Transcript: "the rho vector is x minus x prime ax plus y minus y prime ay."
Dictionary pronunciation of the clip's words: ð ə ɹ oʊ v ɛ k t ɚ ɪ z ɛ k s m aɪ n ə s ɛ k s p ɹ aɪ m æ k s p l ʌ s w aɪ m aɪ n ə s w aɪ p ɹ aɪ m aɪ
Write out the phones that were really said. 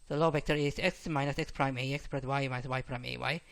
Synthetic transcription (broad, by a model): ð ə l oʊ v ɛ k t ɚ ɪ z ɛ k s m aɪ n ə s ɛ k s p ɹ aɪ m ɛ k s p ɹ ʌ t w aɪ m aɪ ə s w aɪ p ɹ aɪ m aɪ